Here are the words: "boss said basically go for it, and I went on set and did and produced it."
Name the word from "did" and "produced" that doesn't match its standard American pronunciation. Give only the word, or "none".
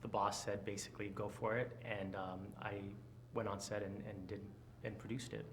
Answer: none